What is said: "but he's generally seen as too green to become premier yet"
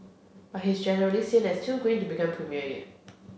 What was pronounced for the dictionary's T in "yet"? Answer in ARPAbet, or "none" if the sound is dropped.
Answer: none